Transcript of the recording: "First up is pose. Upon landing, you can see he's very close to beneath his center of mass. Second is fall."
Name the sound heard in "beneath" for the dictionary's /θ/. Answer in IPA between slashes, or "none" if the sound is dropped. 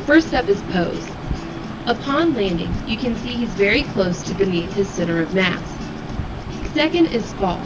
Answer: /t/